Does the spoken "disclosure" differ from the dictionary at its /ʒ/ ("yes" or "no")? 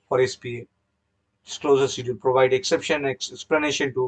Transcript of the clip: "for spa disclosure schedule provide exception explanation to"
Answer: yes